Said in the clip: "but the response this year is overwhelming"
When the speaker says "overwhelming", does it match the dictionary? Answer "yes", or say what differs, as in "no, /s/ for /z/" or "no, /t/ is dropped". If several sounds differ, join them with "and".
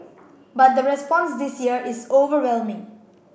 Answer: yes